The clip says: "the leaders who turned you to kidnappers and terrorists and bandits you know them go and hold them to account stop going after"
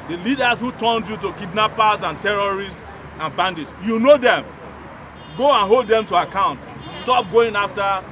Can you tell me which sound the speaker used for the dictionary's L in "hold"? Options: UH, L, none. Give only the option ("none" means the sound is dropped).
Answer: L